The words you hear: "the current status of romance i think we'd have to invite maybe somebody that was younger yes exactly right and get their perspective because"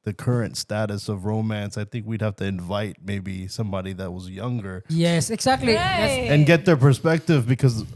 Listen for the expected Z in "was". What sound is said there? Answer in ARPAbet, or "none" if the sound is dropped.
Z